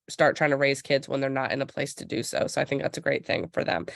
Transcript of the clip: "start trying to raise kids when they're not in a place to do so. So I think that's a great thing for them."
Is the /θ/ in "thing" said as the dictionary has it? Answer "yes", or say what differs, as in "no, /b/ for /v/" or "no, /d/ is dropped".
yes